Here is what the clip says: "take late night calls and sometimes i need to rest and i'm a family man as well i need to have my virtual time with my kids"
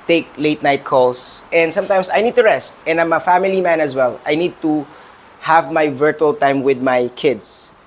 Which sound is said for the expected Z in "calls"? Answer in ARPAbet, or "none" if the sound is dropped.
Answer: S